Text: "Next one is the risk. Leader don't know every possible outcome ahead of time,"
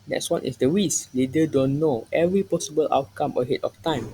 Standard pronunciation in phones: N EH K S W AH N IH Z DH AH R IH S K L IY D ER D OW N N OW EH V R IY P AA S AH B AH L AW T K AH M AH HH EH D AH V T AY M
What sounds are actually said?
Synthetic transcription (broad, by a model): N EH K S W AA N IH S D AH W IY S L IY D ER D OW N N OW EH V R IY P AA S AH B AH L AW T K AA M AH HH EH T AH F T AY M